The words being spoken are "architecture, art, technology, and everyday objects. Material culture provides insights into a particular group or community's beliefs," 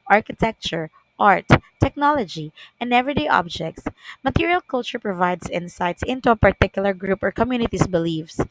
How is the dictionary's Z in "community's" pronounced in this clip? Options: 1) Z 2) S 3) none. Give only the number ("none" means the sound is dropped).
2